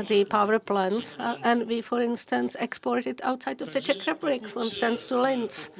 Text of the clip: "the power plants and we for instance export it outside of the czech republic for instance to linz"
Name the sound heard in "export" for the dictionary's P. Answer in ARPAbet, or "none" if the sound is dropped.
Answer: P